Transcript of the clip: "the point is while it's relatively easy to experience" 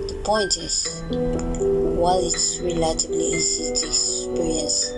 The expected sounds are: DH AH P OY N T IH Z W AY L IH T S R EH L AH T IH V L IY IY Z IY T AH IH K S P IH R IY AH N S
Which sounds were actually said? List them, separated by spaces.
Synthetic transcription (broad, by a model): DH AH P OY N T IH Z W AY L IH T S R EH L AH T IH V L IY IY S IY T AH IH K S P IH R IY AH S